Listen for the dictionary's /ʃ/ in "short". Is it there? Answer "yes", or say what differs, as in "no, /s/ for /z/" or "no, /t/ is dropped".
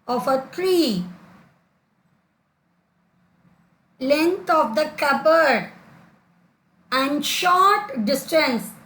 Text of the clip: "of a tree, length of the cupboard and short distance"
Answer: yes